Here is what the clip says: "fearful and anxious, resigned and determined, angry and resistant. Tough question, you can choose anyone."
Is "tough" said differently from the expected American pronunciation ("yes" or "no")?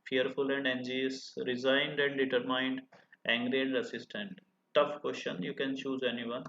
no